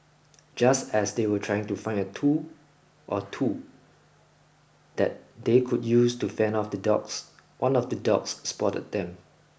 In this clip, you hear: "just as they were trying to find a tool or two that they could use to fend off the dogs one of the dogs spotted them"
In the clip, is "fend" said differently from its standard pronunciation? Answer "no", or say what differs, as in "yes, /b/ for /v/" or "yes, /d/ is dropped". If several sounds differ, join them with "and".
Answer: yes, /d/ is dropped